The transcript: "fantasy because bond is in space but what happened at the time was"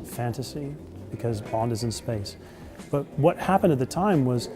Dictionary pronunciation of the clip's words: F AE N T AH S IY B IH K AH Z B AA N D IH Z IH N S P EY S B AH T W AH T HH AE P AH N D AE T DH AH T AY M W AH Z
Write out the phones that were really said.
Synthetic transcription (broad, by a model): F AE N T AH S IY B IH K AH Z B AA N D IH Z IH N S P EY S B AH T W AH T HH AE P AH N D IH T DH AH T AY M W AH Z